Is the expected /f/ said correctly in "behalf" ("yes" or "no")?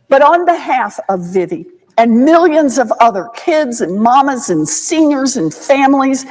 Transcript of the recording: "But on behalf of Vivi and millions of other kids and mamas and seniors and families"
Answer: yes